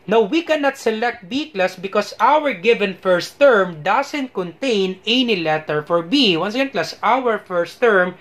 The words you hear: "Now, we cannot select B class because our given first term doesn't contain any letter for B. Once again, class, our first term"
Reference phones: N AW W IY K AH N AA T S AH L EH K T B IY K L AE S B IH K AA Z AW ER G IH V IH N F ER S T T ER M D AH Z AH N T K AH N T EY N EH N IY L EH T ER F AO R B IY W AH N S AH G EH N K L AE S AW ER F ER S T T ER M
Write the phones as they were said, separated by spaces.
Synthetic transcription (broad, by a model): N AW W IY K AH N AA T S AH L EH K T B IY K L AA S B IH K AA S AW ER G IH V IH N F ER S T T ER M D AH S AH N T K AH N T EY N EH N IY L EH T ER F AO R B IY W AH N S AH G EH N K L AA S AW ER F ER S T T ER M